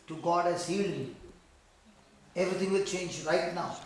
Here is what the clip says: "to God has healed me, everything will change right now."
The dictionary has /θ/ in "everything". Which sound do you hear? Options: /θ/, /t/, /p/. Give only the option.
/t/